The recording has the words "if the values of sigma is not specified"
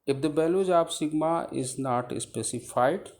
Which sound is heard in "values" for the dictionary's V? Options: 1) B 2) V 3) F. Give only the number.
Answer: 1